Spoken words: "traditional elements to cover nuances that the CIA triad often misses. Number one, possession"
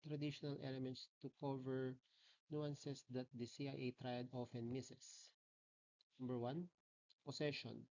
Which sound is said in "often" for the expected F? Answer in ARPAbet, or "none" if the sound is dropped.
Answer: F